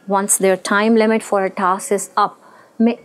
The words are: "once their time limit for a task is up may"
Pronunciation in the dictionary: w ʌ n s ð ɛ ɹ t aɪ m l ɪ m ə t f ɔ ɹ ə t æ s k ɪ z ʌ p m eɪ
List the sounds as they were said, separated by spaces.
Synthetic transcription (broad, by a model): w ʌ n s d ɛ ɹ t aɪ m l ɪ m ə t f ɔ ɹ ə t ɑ s ɪ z ʌ p m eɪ